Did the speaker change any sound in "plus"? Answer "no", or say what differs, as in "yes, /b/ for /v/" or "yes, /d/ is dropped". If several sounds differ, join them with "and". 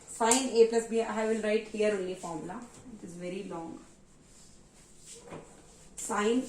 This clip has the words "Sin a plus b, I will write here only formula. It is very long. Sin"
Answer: no